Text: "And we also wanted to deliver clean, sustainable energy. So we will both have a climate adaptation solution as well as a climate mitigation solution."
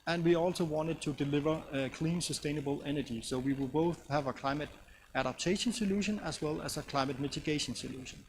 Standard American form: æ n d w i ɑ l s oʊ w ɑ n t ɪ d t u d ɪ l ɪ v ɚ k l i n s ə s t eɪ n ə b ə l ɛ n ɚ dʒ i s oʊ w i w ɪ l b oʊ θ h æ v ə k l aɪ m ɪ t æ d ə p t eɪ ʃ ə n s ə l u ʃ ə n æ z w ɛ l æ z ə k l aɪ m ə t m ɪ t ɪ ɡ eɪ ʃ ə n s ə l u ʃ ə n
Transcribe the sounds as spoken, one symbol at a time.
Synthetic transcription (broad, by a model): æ n d w i ɑ l s oʊ w ɑ n t ɪ d t u d ɪ l ɪ v ɚ k l i n s ə s t eɪ n ə b ə l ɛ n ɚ dʒ i s oʊ w i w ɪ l b oʊ θ h æ v ə k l aɪ m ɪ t æ d ə p t eɪ ʃ ə n s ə l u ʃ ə n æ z w ɛ l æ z ə k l aɪ m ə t m ɪ t ɪ ɡ eɪ ʃ ə n s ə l u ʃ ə n